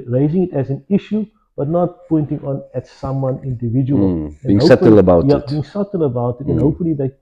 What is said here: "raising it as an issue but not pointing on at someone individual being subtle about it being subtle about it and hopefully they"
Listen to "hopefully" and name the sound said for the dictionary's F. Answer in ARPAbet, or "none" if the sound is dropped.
none